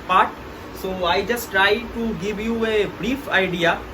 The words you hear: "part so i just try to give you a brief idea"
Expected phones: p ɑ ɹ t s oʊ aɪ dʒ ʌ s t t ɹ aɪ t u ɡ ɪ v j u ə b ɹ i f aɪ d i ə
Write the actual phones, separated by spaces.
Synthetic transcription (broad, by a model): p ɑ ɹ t s oʊ aɪ dʒ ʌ s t t ɹ aɪ t u ɡ ɪ v j u ə b ɹ i f aɪ d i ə